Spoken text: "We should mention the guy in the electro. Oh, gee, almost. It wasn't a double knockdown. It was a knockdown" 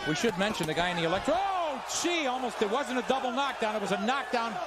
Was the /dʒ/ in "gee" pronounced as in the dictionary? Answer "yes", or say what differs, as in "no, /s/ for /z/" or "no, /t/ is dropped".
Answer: no, /tʃ/ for /dʒ/